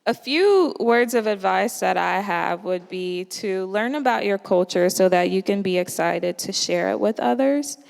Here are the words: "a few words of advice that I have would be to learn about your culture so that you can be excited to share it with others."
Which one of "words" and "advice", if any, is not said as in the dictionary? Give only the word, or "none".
none